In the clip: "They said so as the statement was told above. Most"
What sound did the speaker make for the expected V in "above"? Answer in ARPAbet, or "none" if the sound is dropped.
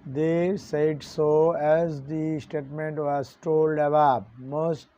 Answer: P